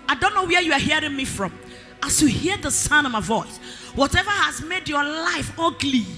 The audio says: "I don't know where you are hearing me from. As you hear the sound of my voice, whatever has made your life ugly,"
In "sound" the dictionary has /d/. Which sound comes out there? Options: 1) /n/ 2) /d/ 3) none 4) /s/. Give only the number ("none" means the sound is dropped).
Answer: 3